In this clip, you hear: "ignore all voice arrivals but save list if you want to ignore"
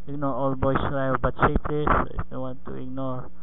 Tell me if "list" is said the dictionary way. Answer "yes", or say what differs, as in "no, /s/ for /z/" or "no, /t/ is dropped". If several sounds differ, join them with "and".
no, /t/ is dropped